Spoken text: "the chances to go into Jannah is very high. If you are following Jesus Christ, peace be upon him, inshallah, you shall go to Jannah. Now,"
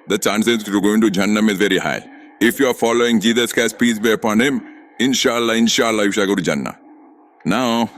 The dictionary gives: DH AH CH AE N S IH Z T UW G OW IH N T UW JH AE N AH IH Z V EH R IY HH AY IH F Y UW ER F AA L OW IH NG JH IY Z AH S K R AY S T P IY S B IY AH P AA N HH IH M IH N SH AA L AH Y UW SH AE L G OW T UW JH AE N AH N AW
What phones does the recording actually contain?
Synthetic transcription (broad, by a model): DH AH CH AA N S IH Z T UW G OW IH N T UW JH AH N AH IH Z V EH R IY HH AY IH F Y UW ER F AA L OW IH NG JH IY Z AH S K AY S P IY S B IY AH P AA N HH IH M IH N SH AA L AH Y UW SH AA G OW T UW JH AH N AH N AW